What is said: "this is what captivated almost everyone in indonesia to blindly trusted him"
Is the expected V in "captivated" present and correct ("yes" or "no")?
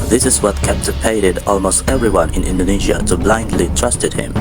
no